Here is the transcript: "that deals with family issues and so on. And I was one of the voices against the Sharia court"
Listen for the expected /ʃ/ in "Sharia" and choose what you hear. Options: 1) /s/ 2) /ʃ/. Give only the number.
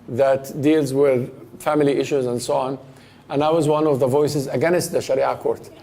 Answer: 2